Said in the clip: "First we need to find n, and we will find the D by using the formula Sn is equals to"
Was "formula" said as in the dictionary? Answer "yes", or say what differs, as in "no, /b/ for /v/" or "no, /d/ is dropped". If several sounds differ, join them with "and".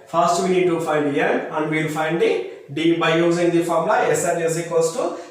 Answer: no, /l/ is dropped